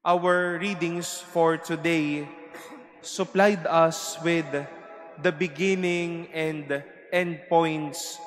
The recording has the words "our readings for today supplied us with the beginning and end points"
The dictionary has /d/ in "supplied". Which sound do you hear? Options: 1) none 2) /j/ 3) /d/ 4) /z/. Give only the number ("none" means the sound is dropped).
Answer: 3